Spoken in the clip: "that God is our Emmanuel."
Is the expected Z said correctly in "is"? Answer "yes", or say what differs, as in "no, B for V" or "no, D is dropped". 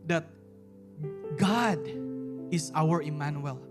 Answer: no, S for Z